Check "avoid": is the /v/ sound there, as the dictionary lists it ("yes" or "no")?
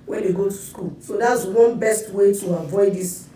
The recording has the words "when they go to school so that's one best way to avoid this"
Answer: yes